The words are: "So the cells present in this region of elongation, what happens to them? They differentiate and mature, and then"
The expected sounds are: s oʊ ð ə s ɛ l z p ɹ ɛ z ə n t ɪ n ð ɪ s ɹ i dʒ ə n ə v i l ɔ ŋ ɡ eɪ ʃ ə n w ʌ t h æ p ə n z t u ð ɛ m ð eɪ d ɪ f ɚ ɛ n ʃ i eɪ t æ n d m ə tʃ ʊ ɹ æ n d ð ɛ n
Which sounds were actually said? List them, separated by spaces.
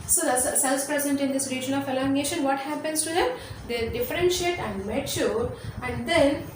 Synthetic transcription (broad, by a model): s oʊ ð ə s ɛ l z p ɹ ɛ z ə n t ɪ n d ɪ s ɹ i dʒ ə n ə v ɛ l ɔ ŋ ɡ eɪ ʃ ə n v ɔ t h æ p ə n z t u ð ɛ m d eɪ d ɪ f ɚ ɛ n ʃ i eɪ t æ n d m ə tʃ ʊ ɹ æ n d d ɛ n